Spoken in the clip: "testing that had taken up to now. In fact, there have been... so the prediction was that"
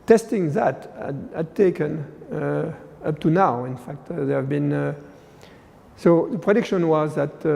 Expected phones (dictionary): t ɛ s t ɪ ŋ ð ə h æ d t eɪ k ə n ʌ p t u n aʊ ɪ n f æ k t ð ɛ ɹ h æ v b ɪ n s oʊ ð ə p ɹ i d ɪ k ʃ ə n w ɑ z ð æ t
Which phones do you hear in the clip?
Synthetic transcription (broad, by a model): t ɛ s t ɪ ŋ ð ə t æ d t eɪ k ə n ʌ p t u n aʊ ɪ n f æ k t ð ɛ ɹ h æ v b ɪ n s oʊ ð ə p ɹ i d ɪ k ʃ ə n w ɑ z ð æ t